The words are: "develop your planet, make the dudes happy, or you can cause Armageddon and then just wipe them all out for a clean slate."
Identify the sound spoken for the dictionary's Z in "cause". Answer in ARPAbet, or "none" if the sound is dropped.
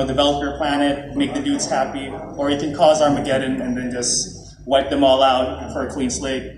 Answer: Z